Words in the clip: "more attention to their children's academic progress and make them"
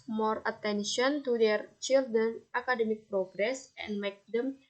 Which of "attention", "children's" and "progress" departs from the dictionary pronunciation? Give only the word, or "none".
children's